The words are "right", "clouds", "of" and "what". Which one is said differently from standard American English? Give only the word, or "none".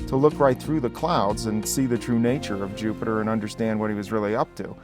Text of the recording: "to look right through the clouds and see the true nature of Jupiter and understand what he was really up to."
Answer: none